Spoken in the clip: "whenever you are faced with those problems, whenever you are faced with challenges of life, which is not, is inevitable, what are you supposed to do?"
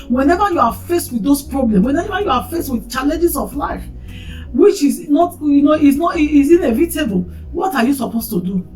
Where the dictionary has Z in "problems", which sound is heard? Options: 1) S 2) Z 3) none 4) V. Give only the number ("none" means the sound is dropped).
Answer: 3